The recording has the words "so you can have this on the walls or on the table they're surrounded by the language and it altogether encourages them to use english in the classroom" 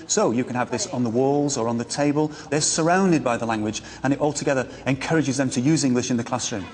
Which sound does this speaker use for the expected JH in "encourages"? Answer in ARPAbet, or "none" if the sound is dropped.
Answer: JH